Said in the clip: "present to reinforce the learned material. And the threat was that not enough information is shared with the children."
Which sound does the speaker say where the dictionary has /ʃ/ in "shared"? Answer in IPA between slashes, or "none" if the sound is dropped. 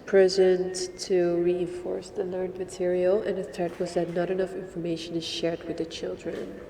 /ʃ/